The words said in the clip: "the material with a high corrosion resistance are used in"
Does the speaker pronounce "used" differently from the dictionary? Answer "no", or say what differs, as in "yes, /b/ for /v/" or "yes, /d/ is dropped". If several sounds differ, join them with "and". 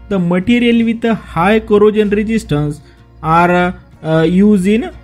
yes, /d/ is dropped